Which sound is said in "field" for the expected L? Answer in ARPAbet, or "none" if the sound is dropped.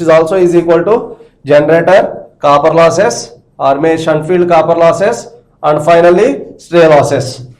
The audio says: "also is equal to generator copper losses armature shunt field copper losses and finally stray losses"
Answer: L